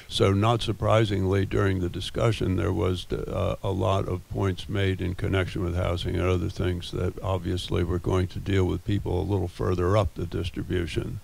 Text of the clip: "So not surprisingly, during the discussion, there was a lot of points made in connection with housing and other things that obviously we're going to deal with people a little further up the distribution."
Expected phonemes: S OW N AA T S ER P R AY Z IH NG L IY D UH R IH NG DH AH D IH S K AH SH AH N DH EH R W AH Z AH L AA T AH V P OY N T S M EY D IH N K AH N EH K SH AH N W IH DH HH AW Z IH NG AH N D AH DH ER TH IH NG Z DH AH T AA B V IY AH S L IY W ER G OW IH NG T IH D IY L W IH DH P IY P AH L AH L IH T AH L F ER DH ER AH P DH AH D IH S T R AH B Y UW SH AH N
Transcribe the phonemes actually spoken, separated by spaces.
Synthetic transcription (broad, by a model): S OW N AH T S ER P R AY Z IH NG L IY D UH R IH NG DH AH D IH S K AH SH AH N DH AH R W AH Z AH L AA T AH V P OY N T S M EY D IH N K AH N EH K SH AH N W IH DH HH AW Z IH NG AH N AH DH ER TH IH NG Z DH AH T AA B V IY AH S L IY W ER G OW IH NG T IH D IY L W IH DH P IY P L AH L IH T L F ER DH ER AH P DH AH D IH S T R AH B Y UW SH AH N